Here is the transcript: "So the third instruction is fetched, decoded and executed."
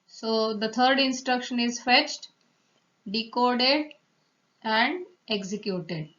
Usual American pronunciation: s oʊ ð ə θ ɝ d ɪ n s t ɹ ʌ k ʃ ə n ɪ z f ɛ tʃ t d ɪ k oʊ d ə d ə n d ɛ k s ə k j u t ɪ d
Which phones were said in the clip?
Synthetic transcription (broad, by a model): s oʊ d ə t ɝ d ɪ n s t ɹ ʌ k ʃ ə n ɪ z f ɛ tʃ t d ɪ k oʊ d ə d ə n d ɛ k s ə k j u t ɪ d